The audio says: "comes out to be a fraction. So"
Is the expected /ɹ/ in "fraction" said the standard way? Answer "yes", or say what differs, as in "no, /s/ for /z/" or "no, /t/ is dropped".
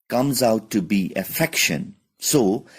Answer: no, /ɹ/ is dropped